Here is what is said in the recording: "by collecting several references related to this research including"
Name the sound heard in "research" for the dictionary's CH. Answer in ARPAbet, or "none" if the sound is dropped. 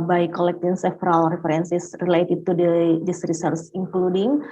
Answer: S